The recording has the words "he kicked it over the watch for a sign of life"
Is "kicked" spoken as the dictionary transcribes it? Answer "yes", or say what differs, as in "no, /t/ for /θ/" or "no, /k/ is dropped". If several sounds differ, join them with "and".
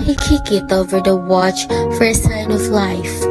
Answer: no, /t/ is dropped